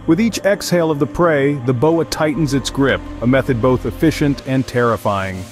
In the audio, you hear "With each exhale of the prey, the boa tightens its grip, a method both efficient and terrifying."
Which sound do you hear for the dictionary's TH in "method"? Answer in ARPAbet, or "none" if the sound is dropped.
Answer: TH